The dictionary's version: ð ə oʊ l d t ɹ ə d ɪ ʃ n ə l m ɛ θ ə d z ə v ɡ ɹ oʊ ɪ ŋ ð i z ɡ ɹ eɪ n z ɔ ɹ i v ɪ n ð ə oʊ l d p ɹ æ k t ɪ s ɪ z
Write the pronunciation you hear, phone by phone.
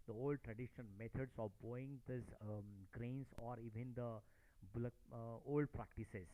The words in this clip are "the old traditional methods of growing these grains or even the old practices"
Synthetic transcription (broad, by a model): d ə oʊ l d t ɹ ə d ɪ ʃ ə n m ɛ t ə d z ə v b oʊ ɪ ŋ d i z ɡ ɹ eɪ n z ɔ ɹ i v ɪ n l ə oʊ l d p ɹ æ k t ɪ s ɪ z